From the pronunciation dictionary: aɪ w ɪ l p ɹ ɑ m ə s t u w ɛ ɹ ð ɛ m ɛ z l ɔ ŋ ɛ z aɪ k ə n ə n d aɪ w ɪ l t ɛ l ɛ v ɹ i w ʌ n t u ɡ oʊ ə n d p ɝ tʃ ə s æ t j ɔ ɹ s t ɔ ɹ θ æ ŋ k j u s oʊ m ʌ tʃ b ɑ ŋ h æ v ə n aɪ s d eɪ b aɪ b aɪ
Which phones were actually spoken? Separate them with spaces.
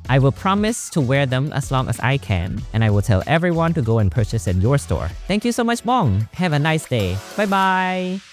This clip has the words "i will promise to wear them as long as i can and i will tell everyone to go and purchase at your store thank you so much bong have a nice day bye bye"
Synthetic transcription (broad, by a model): aɪ w ɪ l p ɹ ɑ m ə s t u w ɛ ɹ ð ɛ m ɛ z l ɔ ŋ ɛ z aɪ k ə n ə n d aɪ w ɪ l t ɛ l ɛ v ɹ i w ʌ n t u ɡ oʊ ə n p ɝ tʃ ə s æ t j ɔ ɹ s t ɔ ɹ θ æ ŋ k j u s oʊ m ʌ tʃ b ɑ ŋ h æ v ə n aɪ s d eɪ b aɪ b aɪ